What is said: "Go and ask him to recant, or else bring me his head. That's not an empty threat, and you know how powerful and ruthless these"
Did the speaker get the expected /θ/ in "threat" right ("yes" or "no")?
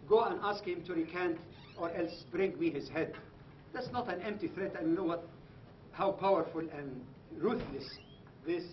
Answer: yes